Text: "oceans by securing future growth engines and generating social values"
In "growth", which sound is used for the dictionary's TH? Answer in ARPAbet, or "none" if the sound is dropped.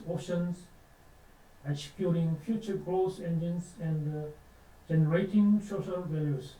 S